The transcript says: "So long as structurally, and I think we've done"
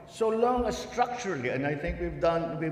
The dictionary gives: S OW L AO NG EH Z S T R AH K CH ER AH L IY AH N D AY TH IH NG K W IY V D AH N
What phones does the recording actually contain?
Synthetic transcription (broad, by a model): S OW L AO NG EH S T R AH K CH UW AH L IY AH N D AY T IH NG K W IY V D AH N